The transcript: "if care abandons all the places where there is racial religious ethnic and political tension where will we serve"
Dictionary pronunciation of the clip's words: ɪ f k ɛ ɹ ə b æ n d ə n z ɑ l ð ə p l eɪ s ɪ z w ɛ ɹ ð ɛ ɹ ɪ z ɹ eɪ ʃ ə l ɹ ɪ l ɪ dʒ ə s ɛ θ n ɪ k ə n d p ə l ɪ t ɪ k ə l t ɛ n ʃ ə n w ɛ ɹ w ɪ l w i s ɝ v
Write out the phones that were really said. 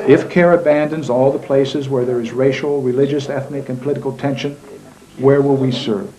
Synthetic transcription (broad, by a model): ɪ f k ɛ ɹ ə b æ n d ə n z ɑ l ð ə p l eɪ s ɪ z w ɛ ɹ ð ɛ ɹ ɪ z ɹ eɪ ʃ l ɹ ɪ l ɪ dʒ ə s ɛ θ n ɪ k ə n p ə l ɪ t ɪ k l t ɛ n ʃ ə n w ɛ ɹ w ɪ l w i s ɝ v